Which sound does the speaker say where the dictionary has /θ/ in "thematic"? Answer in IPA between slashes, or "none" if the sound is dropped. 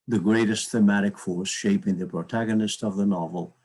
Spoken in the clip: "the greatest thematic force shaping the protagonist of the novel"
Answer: /θ/